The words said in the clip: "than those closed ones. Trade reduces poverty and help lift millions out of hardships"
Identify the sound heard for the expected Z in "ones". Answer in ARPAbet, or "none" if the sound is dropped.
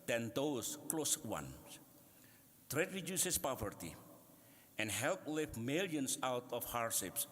none